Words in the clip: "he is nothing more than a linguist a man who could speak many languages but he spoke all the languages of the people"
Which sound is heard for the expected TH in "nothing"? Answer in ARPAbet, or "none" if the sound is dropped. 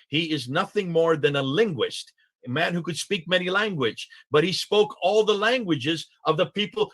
TH